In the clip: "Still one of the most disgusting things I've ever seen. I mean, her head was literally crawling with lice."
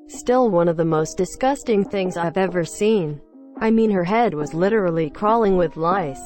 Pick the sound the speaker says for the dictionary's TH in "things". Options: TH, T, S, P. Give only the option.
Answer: TH